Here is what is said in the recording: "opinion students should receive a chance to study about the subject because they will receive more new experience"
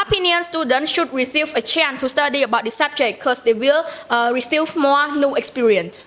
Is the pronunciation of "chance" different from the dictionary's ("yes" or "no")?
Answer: yes